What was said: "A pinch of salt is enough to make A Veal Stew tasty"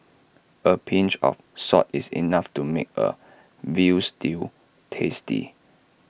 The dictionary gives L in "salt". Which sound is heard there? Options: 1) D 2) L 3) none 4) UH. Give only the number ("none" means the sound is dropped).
3